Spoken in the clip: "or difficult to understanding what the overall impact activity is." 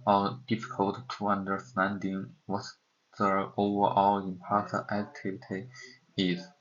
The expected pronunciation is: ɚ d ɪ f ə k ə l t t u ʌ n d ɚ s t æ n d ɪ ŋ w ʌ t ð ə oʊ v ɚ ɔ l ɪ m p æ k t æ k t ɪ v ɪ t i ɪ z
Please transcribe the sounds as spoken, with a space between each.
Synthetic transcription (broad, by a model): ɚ d ɪ f ə k ə l t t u ʌ n d ɚ s t æ n d ɪ ŋ w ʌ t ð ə oʊ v ɚ ɔ l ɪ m p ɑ t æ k t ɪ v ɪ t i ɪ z